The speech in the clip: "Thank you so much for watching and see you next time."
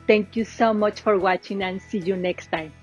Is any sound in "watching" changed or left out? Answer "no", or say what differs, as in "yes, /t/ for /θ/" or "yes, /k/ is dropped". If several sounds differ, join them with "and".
no